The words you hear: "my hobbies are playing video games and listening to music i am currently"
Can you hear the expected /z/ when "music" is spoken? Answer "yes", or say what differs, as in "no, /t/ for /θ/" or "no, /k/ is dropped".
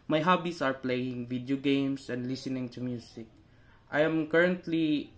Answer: no, /s/ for /z/